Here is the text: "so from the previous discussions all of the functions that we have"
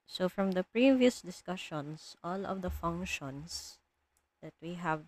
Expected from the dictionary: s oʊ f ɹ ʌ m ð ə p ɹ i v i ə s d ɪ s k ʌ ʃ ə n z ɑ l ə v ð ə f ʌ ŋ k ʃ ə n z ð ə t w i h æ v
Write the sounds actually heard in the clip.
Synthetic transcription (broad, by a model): s oʊ f ɹ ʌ m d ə p ɹ i v i ə s d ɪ s k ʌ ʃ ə n s ɑ l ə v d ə f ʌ ŋ k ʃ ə n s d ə t w i h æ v